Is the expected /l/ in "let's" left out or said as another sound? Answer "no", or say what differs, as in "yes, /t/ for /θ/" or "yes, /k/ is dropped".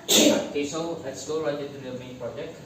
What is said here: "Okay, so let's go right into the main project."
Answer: yes, /w/ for /l/